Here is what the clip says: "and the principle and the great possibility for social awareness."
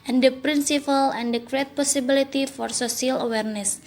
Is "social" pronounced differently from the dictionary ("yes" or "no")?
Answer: yes